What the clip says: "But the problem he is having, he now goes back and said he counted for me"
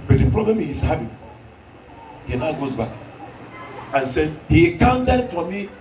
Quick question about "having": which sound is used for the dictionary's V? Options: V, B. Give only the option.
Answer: B